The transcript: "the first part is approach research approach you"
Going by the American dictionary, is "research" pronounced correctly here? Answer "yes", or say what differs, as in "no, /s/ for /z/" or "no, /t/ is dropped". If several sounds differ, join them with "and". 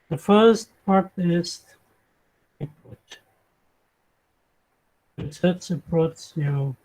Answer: no, /s/ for /tʃ/